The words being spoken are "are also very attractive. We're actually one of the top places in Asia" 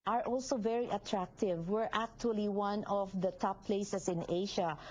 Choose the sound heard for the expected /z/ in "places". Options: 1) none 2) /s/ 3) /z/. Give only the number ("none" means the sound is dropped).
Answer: 2